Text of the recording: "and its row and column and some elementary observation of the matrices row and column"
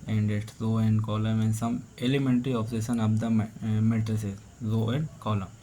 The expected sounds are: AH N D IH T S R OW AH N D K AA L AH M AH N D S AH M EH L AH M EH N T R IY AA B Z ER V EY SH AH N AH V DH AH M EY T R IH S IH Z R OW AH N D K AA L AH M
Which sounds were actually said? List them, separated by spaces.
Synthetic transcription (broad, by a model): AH N D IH T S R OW AH N D K AA L AH M AH N D S AH M EH L AH M EH N T R IY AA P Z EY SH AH N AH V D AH M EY T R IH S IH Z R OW AH N D K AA L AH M